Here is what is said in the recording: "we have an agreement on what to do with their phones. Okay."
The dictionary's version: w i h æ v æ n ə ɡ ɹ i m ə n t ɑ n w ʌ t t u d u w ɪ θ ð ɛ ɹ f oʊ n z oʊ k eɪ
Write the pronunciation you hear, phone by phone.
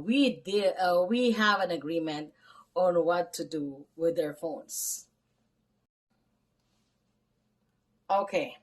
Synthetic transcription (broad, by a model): w i h æ v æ n ə ɡ ɹ i m ə n t ɑ n w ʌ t t u d u w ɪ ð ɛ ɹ f oʊ n s oʊ k eɪ